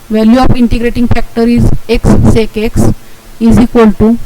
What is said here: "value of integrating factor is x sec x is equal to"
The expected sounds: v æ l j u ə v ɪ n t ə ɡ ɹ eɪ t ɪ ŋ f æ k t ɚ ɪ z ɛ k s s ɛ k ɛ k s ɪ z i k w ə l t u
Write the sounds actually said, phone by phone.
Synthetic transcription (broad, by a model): v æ l j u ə f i n t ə ɡ ɹ eɪ t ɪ ŋ f æ k t ɚ ɪ z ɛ k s s ɛ k ɛ k s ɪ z i k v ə l t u